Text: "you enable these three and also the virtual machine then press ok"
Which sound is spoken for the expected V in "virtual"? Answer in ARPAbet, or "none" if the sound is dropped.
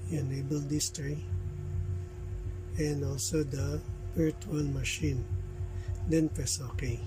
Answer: P